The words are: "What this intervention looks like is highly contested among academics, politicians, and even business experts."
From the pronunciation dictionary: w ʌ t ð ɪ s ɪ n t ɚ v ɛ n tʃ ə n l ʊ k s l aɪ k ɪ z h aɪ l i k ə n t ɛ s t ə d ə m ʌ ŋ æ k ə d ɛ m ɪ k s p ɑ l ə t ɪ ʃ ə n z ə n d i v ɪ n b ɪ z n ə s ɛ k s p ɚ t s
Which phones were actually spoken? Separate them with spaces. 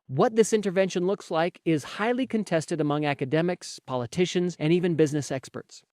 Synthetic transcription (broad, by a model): w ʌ t ð ɪ s ɪ n t ɚ v ɛ n ʃ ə n l ʊ k s l aɪ k ɪ z h aɪ l i k ə n t ɛ s t ə d ə m ʌ ŋ æ k ə d ɛ m ɪ k s p ɑ l ə t ɪ ʃ ə n z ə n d i v ɪ n b ɪ z n ə s ɛ k s p ɚ t s